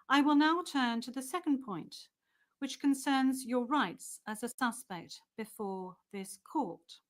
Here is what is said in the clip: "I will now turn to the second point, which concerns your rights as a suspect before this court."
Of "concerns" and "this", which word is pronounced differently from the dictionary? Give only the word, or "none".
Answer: none